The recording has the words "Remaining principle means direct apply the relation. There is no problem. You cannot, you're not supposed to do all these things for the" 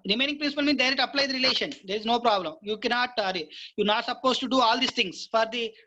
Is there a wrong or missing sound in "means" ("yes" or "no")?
yes